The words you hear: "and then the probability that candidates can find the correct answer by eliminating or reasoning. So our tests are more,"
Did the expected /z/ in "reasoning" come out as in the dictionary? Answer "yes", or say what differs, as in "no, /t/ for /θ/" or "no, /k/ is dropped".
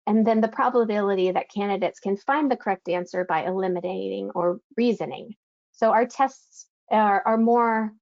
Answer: yes